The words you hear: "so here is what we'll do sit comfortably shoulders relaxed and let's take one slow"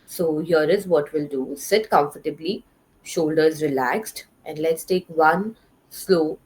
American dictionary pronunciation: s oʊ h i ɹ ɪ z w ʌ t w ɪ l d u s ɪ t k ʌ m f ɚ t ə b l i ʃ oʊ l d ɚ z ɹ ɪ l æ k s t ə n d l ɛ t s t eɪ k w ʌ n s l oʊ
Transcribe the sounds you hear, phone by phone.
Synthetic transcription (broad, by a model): s oʊ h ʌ ɹ ɪ z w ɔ t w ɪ l d u s ɪ t k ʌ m f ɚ t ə b l i ʃ oʊ l d ɚ z ɹ ɪ l æ k s t ə n d l ɛ t s t eɪ k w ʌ n s l oʊ